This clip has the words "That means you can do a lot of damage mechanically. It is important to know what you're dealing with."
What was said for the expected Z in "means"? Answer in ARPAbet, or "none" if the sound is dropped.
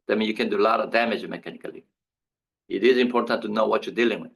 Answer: none